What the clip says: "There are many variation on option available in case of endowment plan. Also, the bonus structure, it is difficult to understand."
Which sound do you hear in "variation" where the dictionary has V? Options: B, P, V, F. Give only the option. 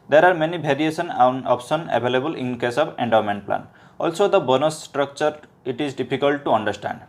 B